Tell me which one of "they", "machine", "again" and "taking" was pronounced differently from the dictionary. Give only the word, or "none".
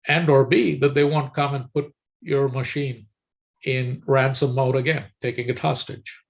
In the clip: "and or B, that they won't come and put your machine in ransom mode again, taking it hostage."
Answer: none